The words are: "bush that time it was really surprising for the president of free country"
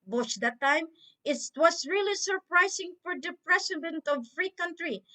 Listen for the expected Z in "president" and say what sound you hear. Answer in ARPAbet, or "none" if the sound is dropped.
S